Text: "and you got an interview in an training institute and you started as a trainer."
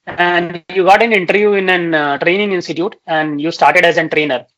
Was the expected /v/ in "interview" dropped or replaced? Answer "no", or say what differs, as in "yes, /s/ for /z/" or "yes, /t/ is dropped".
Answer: no